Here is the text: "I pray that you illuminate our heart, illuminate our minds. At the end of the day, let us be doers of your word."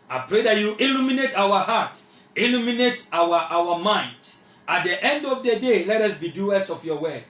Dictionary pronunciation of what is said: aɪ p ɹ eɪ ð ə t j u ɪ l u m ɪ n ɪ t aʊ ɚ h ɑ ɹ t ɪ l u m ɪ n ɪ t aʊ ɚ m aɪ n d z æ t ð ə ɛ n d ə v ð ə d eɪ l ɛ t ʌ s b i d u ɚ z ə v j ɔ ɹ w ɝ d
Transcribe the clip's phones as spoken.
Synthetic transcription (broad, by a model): aɪ p ɹ eɪ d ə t j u ɪ l u m ɪ n ɪ t aʊ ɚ h ɑ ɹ t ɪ l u m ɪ n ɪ t aʊ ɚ m aɪ n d ɑ t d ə ɛ n d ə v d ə d eɪ l ɛ t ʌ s b i d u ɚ s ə f j ɔ w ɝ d